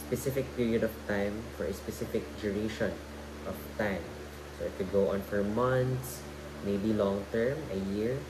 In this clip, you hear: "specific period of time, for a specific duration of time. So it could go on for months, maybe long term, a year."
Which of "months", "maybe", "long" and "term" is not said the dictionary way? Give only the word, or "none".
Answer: months